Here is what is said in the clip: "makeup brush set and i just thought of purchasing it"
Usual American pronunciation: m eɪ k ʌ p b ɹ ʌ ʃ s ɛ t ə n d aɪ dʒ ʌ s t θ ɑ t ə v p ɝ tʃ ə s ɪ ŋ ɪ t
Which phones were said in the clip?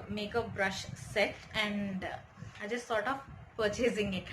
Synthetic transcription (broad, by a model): m eɪ k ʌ b ɹ ʌ ʃ s ɛ t ə n d aɪ dʒ ʌ s t s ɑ t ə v p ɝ tʃ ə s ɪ ŋ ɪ t